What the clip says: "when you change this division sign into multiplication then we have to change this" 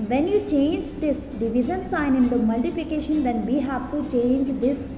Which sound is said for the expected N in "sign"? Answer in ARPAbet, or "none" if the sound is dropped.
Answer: N